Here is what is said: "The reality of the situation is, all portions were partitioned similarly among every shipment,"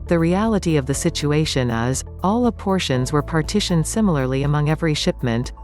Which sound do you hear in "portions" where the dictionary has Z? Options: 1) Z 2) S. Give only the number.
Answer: 1